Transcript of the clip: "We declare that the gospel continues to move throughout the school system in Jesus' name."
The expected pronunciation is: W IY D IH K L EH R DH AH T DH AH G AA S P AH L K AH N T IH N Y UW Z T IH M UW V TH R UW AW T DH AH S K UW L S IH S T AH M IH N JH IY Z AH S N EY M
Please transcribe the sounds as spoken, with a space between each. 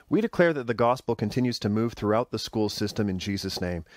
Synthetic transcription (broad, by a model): W IY D IH K L EH R DH AH T DH AH G AA S P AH L K AH N T IH N Y UW Z T IH M UW V TH R UW AW T DH AH S K UW L S IH S T AH M IH N JH IY Z AH S N EY M